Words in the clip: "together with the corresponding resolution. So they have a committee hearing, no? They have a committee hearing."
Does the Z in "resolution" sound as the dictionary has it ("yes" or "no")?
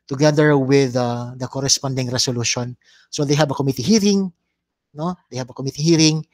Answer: no